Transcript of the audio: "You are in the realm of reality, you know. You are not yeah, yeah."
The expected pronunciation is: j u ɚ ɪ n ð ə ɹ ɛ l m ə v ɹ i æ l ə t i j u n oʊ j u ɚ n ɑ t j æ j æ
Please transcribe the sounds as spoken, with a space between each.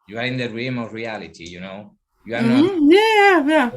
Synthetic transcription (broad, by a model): j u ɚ ɪ n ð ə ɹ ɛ m ə v ɹ i æ l ə t i j u n oʊ j u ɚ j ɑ j æ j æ